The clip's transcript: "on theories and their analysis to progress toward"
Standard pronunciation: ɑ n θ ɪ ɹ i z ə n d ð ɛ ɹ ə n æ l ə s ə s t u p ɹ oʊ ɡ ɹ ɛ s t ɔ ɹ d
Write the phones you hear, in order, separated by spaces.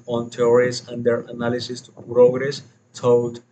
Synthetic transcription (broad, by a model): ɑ n t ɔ ɹ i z ə n d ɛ ɹ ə n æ l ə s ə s t u p ɹ oʊ ɡ ɹ ɛ s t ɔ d